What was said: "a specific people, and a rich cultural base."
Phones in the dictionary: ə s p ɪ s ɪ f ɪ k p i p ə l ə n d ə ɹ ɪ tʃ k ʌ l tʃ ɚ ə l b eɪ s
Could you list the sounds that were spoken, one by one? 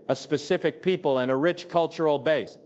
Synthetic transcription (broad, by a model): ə s p ɪ s ɪ f ɪ k p i p ə l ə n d ə ɹ ɪ tʃ k ʌ l tʃ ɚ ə l b eɪ s